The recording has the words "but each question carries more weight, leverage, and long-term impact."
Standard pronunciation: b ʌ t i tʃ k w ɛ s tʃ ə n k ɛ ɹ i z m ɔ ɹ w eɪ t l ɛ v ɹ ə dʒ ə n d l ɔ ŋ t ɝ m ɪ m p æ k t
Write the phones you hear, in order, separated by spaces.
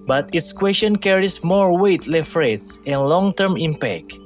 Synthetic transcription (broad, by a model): b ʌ t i s k w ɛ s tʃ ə n k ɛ ɹ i s m ɔ ɹ w eɪ t l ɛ f ɹ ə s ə n l ɔ ŋ t ɝ m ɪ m p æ k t